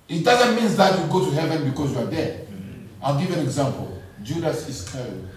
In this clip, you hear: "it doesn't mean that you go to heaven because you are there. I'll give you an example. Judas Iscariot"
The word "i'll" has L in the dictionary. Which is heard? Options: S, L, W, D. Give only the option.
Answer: L